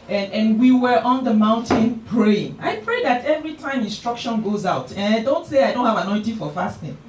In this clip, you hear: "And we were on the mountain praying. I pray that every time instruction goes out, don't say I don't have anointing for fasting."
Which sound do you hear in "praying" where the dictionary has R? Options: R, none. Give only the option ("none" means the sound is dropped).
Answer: R